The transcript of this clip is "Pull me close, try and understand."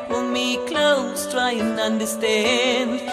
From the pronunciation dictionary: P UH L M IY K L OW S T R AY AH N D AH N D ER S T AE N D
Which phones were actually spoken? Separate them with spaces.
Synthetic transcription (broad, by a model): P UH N M IY K L OW S T R AY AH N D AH N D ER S T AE N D